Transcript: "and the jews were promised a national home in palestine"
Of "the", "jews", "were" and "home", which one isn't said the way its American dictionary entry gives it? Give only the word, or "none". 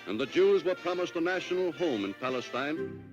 none